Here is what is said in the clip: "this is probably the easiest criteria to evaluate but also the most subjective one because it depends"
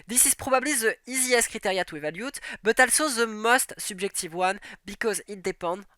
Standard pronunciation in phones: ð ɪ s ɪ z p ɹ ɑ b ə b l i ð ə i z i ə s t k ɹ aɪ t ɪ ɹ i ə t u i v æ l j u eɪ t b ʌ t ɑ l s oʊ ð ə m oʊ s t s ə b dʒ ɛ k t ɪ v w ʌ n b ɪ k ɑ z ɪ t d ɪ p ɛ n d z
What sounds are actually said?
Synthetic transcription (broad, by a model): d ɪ s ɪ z p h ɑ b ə b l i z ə i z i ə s k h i t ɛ ɹ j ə t u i v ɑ l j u t b ʌ t ɑ l s oʊ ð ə m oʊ s t s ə b ʒ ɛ k t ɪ v w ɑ n b ɪ k ɑ z ɪ t d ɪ p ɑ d